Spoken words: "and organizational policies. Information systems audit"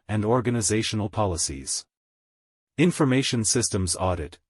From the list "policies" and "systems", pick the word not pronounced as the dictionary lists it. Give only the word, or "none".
none